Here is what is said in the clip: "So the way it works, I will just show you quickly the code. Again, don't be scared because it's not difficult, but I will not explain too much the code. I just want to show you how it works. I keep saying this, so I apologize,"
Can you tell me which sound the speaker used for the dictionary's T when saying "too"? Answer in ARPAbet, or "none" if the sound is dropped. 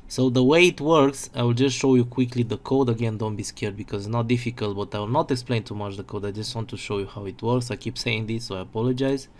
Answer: T